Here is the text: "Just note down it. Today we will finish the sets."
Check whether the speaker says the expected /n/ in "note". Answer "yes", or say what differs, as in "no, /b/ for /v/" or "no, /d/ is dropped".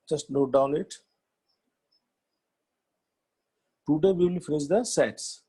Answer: no, /l/ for /n/